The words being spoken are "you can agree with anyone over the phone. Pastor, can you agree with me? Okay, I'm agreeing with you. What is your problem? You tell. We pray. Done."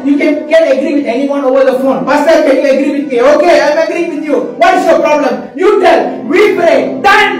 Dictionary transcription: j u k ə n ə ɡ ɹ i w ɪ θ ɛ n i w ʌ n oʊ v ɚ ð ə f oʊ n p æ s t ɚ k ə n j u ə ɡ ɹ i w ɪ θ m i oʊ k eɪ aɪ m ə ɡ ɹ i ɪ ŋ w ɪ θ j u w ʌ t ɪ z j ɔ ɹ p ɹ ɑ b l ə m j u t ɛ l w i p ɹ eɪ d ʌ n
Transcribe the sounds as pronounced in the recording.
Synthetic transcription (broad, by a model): j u k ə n ə ɡ ɹ i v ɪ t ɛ n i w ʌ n oʊ v ɚ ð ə f oʊ n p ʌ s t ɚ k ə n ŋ ə ɡ ɹ i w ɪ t m i oʊ k eɪ aɪ m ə ɡ ɹ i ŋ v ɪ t j u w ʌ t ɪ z j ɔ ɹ p ɹ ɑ b l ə m j u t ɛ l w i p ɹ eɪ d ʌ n